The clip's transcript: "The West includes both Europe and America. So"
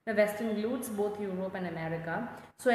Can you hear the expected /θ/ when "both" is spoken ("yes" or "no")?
no